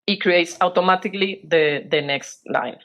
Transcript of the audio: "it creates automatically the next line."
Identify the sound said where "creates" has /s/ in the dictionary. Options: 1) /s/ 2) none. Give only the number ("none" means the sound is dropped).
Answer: 1